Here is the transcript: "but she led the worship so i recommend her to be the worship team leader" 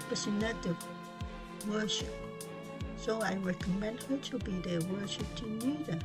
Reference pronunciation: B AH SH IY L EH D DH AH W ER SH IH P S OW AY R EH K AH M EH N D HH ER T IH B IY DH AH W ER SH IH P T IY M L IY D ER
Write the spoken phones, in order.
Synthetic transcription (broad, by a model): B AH S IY N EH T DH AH W ER SH IH P S OW AY R EH K AH M EH N D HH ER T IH B IY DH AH W ER SH IH P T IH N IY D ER